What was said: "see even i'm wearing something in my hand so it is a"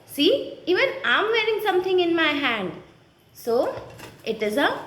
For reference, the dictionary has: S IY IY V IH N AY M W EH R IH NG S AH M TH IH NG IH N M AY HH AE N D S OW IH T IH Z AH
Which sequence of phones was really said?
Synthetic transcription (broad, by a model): S IY IY V IH N AY M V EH R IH NG S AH M T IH NG IH N M AY HH AE N D S OW IH T IH Z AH